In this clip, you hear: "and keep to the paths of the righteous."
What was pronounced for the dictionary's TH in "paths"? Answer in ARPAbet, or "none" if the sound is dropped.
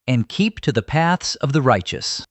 TH